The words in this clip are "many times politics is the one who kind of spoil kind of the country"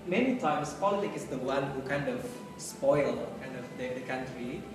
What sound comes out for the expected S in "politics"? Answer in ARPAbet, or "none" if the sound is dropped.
none